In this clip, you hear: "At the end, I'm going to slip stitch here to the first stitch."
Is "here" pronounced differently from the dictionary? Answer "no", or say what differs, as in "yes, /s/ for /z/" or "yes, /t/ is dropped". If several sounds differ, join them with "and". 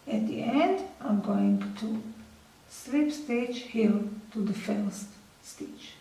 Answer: yes, /l/ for /ɹ/